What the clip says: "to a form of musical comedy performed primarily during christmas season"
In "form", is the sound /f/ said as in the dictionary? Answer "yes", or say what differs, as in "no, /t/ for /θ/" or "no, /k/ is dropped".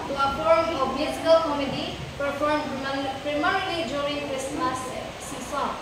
no, /p/ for /f/